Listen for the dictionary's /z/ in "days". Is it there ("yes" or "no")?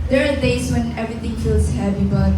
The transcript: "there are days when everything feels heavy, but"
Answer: no